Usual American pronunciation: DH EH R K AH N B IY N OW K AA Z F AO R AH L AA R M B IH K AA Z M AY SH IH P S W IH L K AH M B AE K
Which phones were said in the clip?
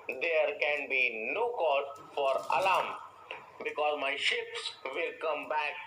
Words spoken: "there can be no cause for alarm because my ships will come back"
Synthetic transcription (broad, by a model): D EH R K AH N B IY N OW K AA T F AO R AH L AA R M B IH K AA Z M AY SH IH P S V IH L K AH M B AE K